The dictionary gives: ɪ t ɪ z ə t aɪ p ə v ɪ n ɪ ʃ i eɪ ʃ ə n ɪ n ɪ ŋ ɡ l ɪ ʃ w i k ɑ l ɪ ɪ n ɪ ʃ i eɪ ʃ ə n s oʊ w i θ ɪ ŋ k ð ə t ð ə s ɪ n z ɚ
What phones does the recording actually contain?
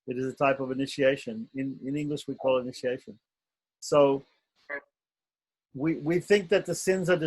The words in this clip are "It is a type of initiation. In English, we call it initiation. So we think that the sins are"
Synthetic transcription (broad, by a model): ɪ t ɪ z ə t aɪ p ə v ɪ n ɪ ʃ i eɪ ʃ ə n ɪ n ɪ ŋ ɡ l ɪ ʃ w i k ɑ l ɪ ɪ n ɪ ʃ i eɪ ʃ ə n s oʊ w i θ ɪ ŋ k ð ə t ð ə s ɪ n z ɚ